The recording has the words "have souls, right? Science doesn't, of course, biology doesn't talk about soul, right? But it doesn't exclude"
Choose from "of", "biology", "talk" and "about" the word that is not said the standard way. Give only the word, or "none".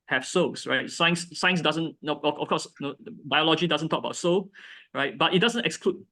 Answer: of